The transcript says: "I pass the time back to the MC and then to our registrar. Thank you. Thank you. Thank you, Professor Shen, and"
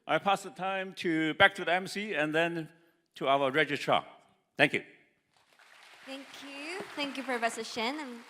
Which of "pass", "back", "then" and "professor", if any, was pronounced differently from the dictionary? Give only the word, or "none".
professor